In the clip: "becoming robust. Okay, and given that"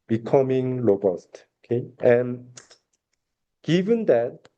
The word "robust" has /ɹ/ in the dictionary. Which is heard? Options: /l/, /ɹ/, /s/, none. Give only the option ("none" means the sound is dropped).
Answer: /l/